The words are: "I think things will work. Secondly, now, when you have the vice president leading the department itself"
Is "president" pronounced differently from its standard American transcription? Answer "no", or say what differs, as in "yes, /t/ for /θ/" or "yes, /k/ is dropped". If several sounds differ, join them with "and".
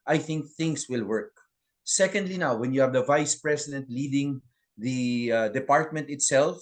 yes, /s/ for /z/